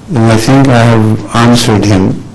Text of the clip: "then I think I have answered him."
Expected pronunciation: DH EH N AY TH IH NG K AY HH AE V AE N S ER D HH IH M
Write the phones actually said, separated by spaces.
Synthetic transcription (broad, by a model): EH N AY T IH NG K AY HH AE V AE N S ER D HH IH M